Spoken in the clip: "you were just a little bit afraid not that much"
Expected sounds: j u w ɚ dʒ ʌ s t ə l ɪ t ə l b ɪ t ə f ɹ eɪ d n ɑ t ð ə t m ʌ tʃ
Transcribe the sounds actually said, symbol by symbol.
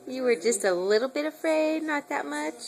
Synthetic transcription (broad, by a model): j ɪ w ɚ dʒ ʌ s t ə l ɪ t l b ɪ t ə f ɹ eɪ d n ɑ t ð ə t m ʌ tʃ